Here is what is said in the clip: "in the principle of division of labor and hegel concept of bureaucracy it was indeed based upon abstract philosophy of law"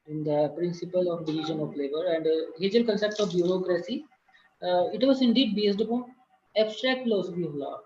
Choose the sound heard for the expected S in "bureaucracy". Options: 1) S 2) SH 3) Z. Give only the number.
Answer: 1